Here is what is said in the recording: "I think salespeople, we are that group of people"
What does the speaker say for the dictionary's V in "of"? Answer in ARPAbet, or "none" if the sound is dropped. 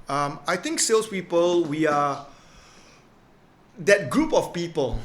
F